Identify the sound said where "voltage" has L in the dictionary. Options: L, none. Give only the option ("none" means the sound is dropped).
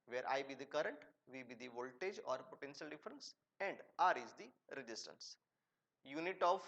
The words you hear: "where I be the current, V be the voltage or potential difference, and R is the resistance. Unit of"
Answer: L